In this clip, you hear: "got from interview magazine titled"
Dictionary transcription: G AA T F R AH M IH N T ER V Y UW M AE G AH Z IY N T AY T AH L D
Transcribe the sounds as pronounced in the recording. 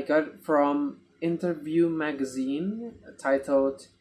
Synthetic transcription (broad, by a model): G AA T F R AH M IH N T ER V Y UW M AE G AH Z IY N T AY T L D